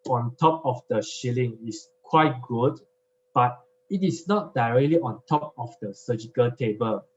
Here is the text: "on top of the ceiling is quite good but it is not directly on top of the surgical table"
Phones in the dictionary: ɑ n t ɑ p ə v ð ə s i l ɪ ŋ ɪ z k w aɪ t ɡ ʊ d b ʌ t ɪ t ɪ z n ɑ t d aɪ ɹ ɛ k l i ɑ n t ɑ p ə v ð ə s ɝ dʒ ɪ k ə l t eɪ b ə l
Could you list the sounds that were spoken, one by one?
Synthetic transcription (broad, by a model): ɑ n t ɑ p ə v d ə ʃ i l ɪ ŋ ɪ s k w aɪ t ɡ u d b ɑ t ɪ t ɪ s n ɑ t d aɪ ɹ ɛ k l i ɑ n t ɑ p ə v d ə s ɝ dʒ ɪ k ə l t eɪ b ə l